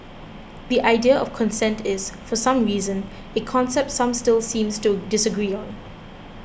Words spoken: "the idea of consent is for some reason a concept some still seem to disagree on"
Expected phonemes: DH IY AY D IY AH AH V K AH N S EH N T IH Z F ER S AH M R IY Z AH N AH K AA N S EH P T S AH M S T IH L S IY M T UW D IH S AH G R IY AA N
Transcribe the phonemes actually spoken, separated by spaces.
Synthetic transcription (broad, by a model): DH IY AY D IY AH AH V K AH N S EH N T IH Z F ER S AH M R IY Z AH N AH K AA N S EH P T S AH M S T IH L S IY M T UW D IH S AH G R IY AA N